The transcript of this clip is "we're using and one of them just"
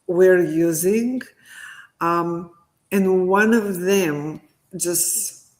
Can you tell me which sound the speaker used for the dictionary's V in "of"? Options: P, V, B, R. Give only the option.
V